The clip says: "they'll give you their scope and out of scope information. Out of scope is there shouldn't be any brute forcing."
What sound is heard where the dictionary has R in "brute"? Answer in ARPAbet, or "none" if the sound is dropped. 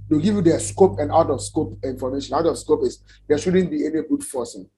none